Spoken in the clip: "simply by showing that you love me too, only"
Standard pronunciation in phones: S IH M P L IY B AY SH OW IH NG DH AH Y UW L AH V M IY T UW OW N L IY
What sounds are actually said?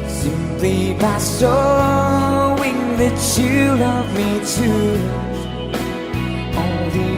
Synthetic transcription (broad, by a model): S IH M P L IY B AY S OW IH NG DH AH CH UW L AH V M IY T UW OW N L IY